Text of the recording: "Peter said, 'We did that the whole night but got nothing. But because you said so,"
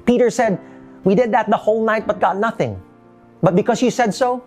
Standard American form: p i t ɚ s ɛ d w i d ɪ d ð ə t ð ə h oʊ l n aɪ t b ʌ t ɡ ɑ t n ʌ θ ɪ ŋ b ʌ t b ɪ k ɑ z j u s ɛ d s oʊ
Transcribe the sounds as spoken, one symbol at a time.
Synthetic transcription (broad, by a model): p i t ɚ s ɛ d w i d ɪ d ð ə t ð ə h oʊ l n aɪ t b ʌ t ɡ ɑ t n ʌ θ ɪ ŋ b ʌ t b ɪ k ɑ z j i s ɛ d s oʊ